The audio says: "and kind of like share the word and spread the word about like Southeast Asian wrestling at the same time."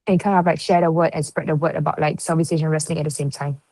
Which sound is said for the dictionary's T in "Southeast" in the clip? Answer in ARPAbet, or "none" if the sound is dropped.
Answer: none